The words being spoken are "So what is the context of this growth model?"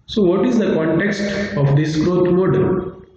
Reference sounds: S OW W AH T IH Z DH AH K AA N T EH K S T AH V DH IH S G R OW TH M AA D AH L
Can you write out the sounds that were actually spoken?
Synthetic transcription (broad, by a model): S OW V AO T IH Z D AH K AA N T EH K S T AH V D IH S G R OW T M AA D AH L